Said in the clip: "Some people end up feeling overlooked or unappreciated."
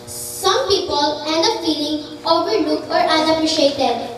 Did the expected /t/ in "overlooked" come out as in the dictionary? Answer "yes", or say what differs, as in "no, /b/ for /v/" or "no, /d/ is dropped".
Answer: no, /t/ is dropped